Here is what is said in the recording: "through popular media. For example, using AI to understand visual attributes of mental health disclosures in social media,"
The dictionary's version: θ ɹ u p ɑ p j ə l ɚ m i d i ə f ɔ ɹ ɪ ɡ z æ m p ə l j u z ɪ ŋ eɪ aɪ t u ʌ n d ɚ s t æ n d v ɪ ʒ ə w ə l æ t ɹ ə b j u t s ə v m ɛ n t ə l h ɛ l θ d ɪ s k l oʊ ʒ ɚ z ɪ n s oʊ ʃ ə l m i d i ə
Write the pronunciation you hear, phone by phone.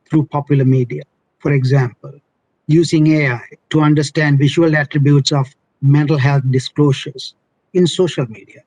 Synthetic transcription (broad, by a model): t ɹ u p ɑ p j ə l ɚ m i d i ə f ɔ ɹ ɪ ɡ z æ m p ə l j u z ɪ ŋ eɪ aɪ t u ʌ n d ɚ s t æ n d v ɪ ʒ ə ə l æ t ɹ ə b j u t s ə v m ɛ n t ə l h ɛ l t d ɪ s k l oʊ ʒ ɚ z ɪ n s oʊ ʃ ə l m i d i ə